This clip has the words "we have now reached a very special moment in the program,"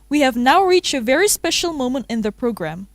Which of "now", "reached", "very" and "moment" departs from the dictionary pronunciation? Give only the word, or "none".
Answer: none